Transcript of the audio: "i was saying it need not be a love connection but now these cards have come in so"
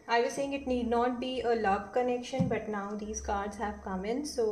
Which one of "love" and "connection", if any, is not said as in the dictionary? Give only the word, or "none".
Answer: love